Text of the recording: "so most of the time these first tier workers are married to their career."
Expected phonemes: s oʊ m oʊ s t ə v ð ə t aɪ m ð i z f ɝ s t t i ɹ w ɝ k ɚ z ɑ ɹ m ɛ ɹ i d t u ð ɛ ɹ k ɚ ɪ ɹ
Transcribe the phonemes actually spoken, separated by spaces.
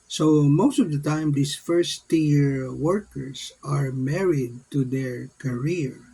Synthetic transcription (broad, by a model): s oʊ m oʊ s t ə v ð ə t aɪ m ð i s f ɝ s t t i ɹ w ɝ k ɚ s ɑ ɹ m ɛ ɹ i d t u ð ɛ ɹ k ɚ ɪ ɹ